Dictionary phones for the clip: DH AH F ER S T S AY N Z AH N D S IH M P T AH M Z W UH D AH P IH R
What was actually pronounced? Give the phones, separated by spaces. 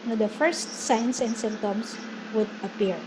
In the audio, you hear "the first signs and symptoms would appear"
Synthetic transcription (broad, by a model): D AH F ER S T S AY N S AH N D S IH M T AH M S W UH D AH P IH R